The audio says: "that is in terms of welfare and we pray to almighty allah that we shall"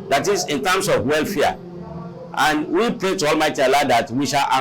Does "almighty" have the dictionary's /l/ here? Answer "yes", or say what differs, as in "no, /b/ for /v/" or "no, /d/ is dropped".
yes